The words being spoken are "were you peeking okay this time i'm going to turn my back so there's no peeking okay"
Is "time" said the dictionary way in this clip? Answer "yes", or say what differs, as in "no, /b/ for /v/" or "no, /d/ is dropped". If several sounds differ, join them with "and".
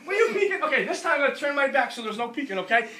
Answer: no, /m/ is dropped